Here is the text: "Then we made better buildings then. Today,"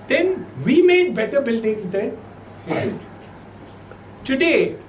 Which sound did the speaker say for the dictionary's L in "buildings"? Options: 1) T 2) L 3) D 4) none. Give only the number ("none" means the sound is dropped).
2